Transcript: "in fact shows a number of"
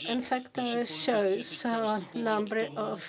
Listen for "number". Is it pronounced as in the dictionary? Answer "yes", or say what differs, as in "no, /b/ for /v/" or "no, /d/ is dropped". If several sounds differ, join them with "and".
yes